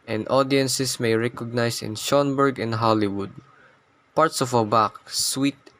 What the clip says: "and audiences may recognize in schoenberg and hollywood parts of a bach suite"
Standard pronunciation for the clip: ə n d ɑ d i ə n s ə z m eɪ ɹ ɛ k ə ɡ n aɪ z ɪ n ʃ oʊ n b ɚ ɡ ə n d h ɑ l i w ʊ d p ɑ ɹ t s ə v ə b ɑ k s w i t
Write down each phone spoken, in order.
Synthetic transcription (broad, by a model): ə n d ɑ d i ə n s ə s m eɪ ɹ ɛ k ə ɡ n aɪ s ɪ n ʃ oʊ n b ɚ ɡ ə n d h ɑ l i w ʊ d p ɑ ɹ t s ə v ə b ɑ k s w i t